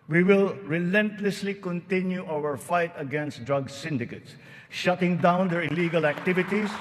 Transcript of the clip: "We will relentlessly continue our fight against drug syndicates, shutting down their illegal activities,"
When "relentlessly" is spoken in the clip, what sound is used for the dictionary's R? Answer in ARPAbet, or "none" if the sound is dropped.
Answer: R